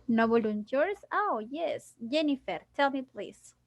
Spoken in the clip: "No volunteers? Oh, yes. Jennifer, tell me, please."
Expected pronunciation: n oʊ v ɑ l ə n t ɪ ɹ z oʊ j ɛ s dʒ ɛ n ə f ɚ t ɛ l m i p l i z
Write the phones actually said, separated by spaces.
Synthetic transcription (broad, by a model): n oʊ b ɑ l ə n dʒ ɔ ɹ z oʊ j ɛ s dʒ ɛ n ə f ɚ t ɛ l m i p l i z